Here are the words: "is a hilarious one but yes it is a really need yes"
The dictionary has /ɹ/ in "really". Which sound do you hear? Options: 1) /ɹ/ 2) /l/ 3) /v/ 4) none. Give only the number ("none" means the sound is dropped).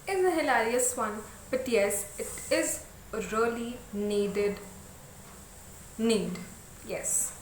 2